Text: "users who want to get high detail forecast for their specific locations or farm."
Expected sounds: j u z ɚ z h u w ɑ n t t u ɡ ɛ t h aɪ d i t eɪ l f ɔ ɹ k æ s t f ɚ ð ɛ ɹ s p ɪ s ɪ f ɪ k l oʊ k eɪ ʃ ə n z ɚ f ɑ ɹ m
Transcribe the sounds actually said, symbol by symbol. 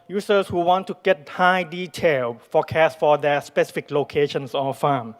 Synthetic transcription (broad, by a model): j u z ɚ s h u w ɑ n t t u ɡ ɛ t h aɪ d i t eɪ l f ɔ k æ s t f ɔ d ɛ s p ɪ s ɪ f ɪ k l oʊ k eɪ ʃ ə n s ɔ f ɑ m